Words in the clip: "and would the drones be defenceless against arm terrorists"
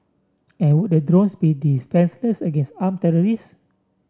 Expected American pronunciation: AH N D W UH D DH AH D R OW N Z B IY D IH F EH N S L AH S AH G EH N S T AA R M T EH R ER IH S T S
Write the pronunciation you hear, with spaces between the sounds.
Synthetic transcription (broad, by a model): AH N W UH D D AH D R OW N S B IY D IH F EH N S L AH S AH G EH N S T AA M T EH R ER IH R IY S